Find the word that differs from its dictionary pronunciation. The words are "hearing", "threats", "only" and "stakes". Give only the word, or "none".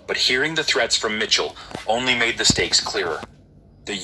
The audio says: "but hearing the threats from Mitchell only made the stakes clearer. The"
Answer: none